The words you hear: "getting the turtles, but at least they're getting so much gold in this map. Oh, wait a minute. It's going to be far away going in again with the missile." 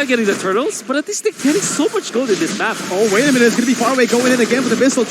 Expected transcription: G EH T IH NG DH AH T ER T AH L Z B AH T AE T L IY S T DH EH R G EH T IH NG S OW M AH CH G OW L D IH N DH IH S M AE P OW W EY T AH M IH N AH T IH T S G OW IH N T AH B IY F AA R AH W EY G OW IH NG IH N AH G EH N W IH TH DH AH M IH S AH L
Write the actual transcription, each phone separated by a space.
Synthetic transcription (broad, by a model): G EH T IH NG DH AH T ER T L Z B AH T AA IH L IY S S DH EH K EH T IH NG S OW M AH CH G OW D IH N DH IH S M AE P OW W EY AH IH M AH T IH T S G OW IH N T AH B IY F AA R AH W EY G OW IH NG IH N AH G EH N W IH DH AH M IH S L